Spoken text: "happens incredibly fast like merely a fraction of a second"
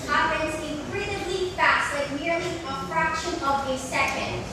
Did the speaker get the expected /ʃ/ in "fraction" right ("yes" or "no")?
yes